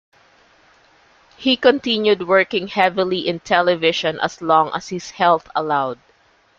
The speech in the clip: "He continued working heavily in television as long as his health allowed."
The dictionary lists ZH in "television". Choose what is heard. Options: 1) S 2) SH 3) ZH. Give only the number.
2